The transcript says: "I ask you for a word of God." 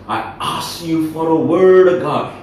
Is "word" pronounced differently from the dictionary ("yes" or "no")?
no